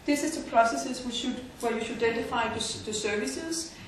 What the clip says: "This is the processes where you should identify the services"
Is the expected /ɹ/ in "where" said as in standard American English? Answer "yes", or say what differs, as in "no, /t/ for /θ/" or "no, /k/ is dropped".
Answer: no, /w/ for /ɹ/